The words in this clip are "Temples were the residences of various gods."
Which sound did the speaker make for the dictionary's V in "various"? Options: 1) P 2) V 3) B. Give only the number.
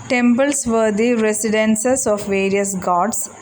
2